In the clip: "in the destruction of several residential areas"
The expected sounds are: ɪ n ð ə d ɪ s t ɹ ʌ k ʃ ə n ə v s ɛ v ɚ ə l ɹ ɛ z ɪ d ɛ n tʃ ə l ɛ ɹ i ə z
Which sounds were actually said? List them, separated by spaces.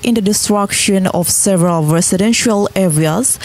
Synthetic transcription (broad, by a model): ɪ n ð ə d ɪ s t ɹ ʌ k ʃ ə n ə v s ɛ v ɚ ə l ɹ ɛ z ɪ d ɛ n ʃ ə l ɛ ɹ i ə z